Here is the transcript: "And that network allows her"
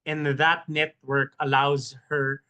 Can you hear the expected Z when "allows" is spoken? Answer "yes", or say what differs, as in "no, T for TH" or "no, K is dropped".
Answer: yes